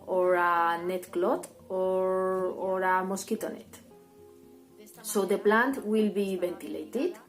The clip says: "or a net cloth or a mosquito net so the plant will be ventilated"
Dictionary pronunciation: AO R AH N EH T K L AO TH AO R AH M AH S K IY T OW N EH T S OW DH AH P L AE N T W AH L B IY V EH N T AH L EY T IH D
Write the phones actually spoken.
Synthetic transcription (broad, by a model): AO R AH N EH T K L AO T AO R AH M AH S K IY T OW N EH T S OW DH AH P L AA N T W AH L B IY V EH N T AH L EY T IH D